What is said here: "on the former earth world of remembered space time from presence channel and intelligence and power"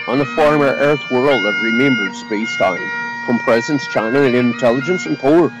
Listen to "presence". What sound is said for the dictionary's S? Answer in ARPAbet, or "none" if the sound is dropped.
S